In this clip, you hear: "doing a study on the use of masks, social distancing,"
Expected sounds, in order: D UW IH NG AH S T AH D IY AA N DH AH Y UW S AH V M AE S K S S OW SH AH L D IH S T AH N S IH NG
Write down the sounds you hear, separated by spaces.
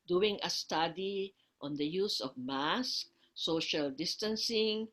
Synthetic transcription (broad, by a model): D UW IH NG AH S T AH D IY AA N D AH Y UW S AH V M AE S K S S OW SH AH L D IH S T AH N S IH NG